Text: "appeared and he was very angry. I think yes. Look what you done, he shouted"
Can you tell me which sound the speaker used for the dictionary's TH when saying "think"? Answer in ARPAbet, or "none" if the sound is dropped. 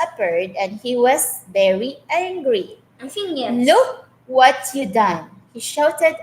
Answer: F